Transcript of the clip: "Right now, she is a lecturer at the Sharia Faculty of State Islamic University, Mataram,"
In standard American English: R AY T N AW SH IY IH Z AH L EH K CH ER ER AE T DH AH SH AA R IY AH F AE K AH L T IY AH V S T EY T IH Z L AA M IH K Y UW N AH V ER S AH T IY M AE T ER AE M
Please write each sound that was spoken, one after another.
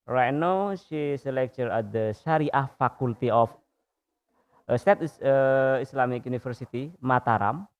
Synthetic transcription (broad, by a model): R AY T N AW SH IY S AH L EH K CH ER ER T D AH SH AA R IY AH F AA K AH L T IY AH F S T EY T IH S L AA M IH K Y UW N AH F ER S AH T IY M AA T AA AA M